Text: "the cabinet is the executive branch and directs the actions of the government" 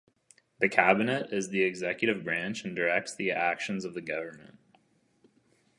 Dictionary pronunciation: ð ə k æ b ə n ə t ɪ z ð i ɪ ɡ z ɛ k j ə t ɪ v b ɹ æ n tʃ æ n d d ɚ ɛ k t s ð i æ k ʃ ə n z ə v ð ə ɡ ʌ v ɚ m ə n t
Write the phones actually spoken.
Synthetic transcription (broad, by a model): ð ə k æ b ə n ə t ɪ z ð i ɪ ɡ z ɛ k j ə t ɪ v b ɹ æ n tʃ n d d ɚ ɛ k t s ð i æ k ʃ ə n z ə v ð ə ɡ ʌ v ɚ m ə n t